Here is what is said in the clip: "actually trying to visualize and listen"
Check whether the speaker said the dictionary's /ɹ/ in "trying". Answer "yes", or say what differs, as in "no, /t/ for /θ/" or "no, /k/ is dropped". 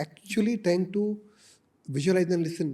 no, /ɹ/ is dropped